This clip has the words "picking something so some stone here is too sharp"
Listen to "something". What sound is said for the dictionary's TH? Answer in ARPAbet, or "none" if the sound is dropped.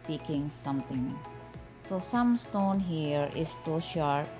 T